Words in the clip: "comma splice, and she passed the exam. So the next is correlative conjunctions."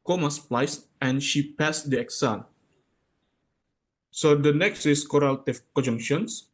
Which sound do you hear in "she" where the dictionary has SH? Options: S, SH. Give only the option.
SH